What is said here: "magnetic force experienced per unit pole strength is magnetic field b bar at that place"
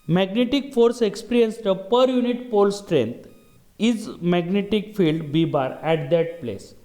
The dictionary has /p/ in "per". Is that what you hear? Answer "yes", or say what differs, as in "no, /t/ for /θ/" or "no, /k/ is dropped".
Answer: yes